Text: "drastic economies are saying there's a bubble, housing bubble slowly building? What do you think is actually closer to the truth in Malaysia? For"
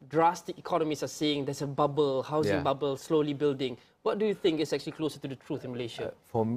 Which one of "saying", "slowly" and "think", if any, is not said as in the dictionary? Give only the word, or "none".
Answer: none